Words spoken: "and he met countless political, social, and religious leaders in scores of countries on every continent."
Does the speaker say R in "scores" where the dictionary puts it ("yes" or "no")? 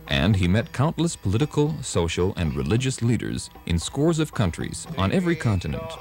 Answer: yes